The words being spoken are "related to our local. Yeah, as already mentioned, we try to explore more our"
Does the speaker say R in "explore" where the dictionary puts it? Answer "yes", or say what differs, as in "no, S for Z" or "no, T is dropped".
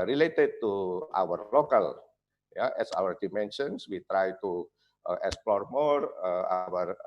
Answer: yes